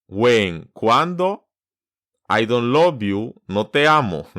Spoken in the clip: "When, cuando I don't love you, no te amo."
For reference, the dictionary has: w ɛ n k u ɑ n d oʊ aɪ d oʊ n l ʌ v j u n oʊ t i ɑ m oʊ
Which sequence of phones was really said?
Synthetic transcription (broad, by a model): w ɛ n k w ɑ n d oʊ aɪ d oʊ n l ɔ b j u n oʊ t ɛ ɑ m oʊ